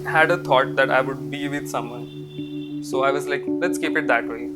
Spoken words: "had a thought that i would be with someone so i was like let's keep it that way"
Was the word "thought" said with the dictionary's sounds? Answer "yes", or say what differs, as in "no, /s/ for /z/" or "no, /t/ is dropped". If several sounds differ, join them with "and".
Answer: no, /t/ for /θ/